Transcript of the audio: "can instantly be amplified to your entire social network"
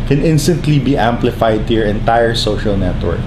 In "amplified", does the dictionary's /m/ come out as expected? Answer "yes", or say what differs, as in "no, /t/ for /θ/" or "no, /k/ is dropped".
yes